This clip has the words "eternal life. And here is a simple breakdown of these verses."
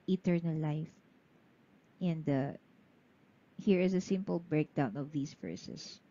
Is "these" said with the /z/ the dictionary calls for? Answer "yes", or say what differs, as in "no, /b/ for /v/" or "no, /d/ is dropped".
no, /s/ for /z/